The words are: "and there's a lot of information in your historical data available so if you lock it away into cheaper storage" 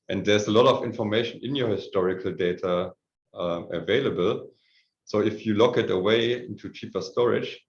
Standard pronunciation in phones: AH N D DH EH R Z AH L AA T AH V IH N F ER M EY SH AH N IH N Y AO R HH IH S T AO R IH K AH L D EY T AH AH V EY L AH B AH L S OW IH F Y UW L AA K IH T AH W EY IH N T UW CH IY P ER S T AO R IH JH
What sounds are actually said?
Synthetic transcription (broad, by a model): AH N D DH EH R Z AH L AA T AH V IH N F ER M EY SH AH N IH N Y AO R HH IH S T AO R IH K AH L D EY T AH AH V EY L AH B AH L S OW IH F Y UW L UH K IH T AH W EY IH N T UW CH IY P ER S T AO R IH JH